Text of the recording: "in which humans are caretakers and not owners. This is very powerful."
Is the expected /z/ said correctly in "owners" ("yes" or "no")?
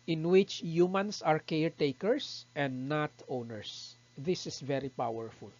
no